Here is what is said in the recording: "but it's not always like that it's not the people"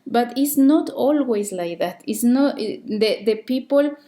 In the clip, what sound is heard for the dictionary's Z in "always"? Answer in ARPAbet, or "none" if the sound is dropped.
S